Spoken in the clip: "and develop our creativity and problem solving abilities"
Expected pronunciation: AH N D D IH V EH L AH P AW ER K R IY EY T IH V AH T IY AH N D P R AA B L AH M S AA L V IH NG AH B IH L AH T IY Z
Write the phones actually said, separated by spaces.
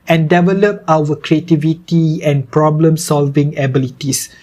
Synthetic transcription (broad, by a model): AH N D D IH V EH L AH P AW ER K R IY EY T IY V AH T IY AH N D P R AA B L AH M S AA L V IH NG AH B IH L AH T IY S